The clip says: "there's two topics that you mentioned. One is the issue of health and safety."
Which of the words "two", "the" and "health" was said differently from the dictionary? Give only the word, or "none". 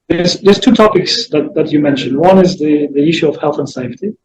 none